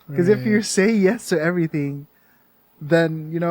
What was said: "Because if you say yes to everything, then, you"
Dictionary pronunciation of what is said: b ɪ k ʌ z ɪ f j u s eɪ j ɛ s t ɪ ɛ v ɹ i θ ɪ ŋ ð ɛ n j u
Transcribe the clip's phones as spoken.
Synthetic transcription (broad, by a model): k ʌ z ɪ f j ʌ s eɪ j ɛ s t ɪ ɛ v ɹ i θ ɪ ŋ ð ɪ n j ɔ